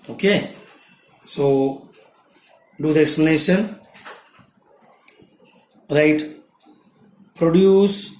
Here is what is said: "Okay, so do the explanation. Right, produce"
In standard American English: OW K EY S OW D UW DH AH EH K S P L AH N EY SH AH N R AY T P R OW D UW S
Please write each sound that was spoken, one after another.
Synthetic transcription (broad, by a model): OW K EY S OW D UW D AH EH K S P L AH N EY SH AH N R AY T P R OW D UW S